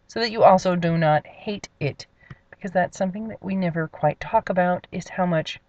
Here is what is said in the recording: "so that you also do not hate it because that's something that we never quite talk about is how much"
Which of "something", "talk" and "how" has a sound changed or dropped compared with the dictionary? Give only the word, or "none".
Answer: none